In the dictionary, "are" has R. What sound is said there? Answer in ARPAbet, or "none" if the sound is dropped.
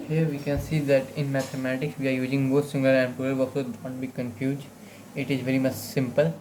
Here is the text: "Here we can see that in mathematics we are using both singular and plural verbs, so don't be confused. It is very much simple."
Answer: R